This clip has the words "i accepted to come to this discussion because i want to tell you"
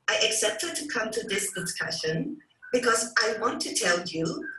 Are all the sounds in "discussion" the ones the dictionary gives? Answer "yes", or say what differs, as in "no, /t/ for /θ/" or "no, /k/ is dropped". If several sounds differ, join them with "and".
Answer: yes